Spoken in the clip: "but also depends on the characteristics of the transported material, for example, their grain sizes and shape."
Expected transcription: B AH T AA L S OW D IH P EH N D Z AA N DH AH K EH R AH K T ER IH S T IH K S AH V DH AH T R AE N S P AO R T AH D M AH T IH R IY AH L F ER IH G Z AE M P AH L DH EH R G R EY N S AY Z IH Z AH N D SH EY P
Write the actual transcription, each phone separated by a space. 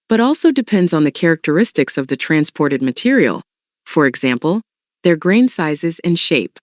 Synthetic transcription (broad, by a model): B AH T AA L S OW D IH P EH N D Z N DH AH K EH R AH K T ER IH S T IH K S AH V DH AH T R AE N S P AO R T AH D M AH T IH R IY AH L F ER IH G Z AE M P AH L DH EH R G R EY N S AY Z IH Z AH N SH EY P